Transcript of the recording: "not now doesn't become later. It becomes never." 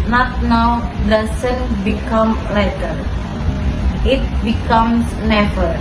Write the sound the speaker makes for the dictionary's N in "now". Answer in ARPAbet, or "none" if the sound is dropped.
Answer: N